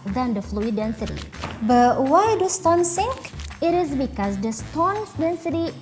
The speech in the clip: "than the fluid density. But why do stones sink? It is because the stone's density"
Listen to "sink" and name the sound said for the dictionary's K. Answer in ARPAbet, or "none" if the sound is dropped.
K